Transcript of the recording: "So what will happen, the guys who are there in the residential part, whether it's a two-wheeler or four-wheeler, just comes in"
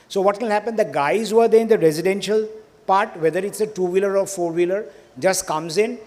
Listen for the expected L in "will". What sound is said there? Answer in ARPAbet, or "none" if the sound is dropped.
N